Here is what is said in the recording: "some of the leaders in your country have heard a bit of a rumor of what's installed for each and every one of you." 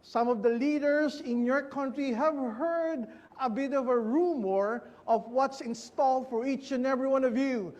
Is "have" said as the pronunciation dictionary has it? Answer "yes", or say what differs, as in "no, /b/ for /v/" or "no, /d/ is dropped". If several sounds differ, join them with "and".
yes